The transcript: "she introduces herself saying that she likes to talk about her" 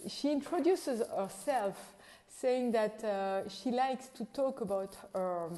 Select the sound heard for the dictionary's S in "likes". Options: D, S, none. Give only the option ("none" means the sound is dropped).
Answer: S